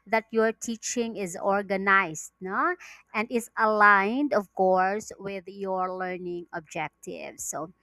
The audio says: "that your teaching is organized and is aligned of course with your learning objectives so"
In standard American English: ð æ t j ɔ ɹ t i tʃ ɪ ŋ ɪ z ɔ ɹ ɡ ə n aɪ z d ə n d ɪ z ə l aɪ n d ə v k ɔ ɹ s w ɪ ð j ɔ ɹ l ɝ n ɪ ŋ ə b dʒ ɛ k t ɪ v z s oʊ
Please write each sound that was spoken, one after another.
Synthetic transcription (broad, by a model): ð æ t j ɔ ɹ t i tʃ ɪ ŋ ɪ z ɔ ɹ ɡ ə n aɪ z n ə n d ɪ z ə l aɪ n d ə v k ɔ ɹ s w ɪ ð j ɔ ɹ l ɝ n ɪ ŋ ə b dʒ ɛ k t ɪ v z s oʊ